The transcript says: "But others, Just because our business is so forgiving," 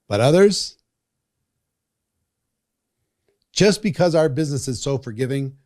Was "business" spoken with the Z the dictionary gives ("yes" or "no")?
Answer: yes